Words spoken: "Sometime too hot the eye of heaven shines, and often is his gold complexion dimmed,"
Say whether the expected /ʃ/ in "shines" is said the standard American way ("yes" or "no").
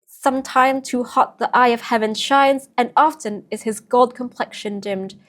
yes